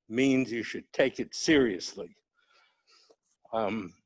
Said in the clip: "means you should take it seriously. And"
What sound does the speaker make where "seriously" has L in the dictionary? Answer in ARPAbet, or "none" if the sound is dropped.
L